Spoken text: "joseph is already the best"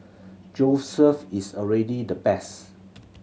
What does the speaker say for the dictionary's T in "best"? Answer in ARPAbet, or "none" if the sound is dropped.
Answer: none